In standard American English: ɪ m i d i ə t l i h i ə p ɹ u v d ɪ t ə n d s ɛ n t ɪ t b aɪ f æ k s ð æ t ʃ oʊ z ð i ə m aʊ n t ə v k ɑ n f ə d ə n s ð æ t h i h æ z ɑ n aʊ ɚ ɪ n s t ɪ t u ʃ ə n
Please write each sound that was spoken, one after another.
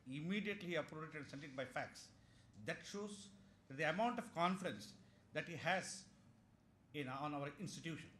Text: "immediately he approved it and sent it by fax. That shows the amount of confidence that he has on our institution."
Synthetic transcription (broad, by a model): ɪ m i d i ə t l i i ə p ɹ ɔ p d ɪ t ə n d s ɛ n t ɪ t b aɪ f æ k s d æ t ʃ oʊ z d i ə m aʊ n t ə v k ɑ n f ə d ə n s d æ t h i h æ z ɑ n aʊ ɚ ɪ n s t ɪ t u ʃ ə n